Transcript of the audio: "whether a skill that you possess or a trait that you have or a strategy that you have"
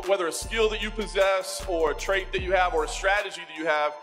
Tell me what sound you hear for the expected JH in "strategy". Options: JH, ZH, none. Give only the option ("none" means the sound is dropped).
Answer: JH